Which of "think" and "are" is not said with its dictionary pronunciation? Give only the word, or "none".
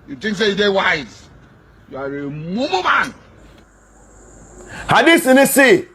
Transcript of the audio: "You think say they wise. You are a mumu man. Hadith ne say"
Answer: think